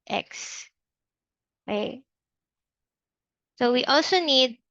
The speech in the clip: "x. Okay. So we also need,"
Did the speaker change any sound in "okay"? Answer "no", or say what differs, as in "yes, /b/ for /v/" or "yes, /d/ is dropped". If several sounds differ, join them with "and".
yes, /k/ is dropped